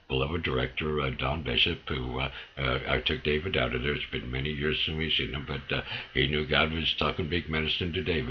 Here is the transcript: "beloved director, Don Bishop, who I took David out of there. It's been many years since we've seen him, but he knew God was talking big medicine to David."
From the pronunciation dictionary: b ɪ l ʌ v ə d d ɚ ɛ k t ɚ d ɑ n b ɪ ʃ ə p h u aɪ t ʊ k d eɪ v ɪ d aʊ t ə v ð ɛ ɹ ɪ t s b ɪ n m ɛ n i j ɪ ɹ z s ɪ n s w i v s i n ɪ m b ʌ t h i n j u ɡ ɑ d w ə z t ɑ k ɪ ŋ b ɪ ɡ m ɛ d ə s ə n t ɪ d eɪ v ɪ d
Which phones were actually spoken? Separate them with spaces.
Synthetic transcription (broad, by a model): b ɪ l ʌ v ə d d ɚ ɛ k t ɚ d ɑ n b ɪ ʃ ə p h u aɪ t ʊ k d eɪ v ɪ d aʊ t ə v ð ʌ ɹ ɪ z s b ɪ n m ɛ n i j ɪ ɹ z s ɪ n w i s i n ɪ m b ʌ t h i n j u ɡ ɑ d w ə z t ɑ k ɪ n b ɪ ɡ m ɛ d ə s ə n t ɪ d eɪ ɪ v